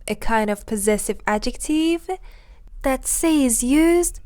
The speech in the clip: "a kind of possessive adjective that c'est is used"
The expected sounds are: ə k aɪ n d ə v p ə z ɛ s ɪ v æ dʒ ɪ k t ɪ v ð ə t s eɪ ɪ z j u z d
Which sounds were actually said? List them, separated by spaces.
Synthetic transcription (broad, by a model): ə k aɪ n d ə v p ə z ɛ s ɪ v æ dʒ ɪ k t ɪ v ð ə t s eɪ ɪ z j u z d